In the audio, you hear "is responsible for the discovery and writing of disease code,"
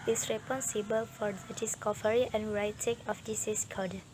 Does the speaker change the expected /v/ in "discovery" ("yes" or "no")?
yes